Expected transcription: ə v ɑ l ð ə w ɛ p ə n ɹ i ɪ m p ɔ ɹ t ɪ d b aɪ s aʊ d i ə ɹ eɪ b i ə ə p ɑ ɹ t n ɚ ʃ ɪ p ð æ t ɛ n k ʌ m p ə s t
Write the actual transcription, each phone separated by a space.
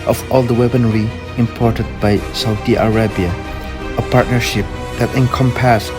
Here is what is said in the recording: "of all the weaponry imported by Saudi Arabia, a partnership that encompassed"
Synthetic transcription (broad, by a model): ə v ɑ l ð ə w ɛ b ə n ɹ i ɪ m p ɔ ɹ t ɪ d b aɪ s aʊ d i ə ɹ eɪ b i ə ə p ɑ ɹ t n ɚ ʃ ɪ p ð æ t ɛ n k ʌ m p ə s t